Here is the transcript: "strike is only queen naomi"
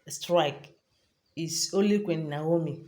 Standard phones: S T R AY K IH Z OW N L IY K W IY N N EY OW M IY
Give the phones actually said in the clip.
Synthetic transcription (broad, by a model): S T R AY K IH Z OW L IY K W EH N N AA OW M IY